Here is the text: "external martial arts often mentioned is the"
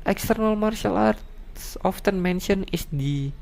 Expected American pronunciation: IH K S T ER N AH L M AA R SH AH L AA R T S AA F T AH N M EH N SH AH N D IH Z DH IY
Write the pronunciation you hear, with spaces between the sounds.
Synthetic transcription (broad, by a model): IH K S T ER N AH L M AA R SH AH L AA R T S AA F T AH N M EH N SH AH N IH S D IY